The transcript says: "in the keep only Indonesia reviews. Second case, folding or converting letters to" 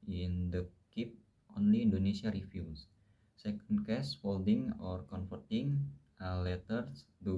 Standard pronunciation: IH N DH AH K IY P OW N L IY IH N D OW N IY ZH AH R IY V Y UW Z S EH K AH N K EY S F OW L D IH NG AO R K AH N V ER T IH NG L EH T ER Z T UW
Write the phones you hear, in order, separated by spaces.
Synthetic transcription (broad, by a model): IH N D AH K IY P OW N L IY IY N D OW N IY S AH R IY F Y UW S S EH K AH N K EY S F OW L D IH NG AO R K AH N F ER T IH NG L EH T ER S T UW